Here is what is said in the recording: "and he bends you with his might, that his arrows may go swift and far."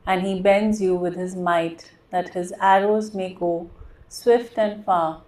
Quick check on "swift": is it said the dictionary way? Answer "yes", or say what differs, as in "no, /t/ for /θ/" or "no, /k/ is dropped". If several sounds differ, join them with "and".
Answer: yes